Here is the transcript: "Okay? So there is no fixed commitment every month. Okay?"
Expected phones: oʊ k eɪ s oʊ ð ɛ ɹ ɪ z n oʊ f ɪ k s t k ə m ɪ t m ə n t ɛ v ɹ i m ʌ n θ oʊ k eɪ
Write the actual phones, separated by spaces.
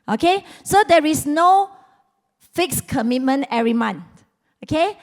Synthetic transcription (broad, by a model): oʊ k eɪ s oʊ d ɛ ɹ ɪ s n oʊ f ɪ k s k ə m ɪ t m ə n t ɛ ɹ i m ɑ n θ oʊ k eɪ